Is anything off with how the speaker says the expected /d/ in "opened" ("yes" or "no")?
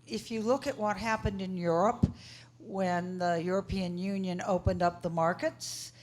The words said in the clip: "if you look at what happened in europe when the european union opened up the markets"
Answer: no